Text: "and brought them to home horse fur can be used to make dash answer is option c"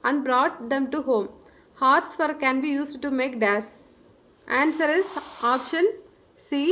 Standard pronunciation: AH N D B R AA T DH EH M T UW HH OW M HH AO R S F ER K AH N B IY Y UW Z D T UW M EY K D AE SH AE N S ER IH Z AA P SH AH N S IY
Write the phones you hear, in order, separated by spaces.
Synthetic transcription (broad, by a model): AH N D B R AA T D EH M T UW HH OW M HH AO R S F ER K AH N B IY Y UW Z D T UW M EY K D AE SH AE N S ER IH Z AA P SH AH N S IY